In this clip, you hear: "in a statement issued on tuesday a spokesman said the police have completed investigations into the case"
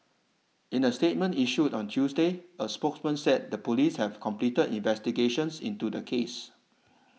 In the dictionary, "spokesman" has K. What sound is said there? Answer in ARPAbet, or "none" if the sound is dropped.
K